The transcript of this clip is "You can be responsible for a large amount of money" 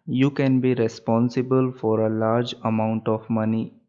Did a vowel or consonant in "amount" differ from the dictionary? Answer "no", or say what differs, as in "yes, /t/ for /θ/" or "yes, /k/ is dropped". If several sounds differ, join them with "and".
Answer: no